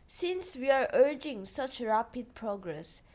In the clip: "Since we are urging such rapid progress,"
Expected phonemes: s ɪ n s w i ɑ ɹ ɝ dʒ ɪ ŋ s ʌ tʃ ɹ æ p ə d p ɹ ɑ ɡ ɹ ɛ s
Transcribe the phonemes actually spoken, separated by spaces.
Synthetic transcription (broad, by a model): s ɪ n s w i ɑ ɹ ɝ dʒ ɪ ŋ s ʌ tʃ ɹ æ p ə d p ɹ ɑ ɡ ɹ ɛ s